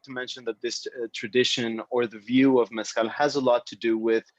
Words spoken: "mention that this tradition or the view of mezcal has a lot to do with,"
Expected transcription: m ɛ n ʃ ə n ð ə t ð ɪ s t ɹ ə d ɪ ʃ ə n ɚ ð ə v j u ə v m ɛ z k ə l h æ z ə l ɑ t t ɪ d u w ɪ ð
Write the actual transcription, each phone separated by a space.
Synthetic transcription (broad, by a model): m ɛ n ʃ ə n ð ə t ð ɪ s t ɹ ə d ɪ ʃ ə n ɚ ð ə v j u ə v m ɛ s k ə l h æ z ə l ɑ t t ɪ d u w ɪ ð